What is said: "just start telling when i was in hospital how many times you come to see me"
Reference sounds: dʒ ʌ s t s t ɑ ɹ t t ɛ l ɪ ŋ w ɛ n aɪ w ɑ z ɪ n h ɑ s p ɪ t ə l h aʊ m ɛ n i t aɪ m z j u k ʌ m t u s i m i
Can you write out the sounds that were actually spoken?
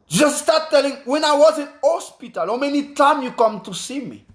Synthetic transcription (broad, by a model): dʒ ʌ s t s t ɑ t t ɛ l ɪ ŋ w ɛ n aɪ w ɑ z ɪ n h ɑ s p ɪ t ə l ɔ m ɛ n i t aɪ m j u k ʌ m t u s i m i